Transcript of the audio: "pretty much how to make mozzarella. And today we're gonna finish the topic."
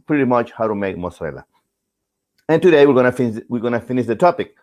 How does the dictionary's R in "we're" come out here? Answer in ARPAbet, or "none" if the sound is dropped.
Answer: W